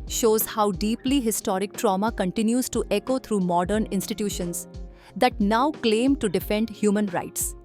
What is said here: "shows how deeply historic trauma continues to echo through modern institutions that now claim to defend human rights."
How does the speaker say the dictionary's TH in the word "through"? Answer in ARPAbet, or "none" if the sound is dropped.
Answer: T